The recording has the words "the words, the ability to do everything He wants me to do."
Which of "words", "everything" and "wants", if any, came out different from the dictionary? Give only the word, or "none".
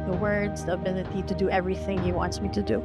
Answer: none